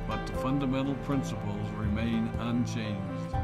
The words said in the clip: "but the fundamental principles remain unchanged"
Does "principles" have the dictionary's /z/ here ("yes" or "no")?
yes